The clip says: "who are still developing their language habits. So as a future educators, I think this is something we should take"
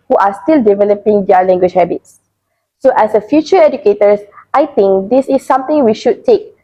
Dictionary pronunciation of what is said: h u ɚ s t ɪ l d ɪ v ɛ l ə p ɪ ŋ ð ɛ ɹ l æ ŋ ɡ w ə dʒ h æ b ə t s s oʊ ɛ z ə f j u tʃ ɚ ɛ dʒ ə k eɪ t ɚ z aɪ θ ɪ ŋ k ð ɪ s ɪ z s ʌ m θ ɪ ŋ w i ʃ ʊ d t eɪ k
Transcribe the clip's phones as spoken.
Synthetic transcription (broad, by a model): h u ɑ s t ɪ l d ɪ v ɛ l ə p ɪ ŋ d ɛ l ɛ ŋ ɡ w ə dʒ h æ b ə t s s oʊ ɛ s ə f j u tʃ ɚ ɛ dʒ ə k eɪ t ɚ s aɪ t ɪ ŋ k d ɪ s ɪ s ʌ m t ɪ ŋ w i ʃ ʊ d t eɪ k